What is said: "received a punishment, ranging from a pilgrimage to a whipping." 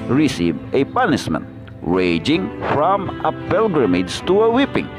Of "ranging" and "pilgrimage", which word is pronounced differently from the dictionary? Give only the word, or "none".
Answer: ranging